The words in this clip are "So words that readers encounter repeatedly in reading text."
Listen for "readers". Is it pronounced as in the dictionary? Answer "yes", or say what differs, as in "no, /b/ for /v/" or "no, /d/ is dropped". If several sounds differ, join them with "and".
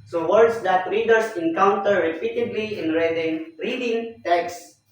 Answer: no, /s/ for /z/